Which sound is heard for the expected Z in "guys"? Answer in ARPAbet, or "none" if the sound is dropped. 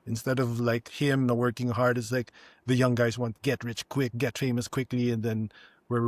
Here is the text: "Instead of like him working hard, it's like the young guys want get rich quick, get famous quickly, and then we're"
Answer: Z